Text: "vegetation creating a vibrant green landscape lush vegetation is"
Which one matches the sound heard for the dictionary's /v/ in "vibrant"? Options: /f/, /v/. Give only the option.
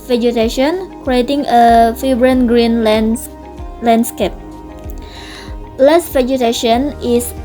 /f/